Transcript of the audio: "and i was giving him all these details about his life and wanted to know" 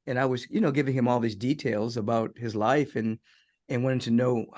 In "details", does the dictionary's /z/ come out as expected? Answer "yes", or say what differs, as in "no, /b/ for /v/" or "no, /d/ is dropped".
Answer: yes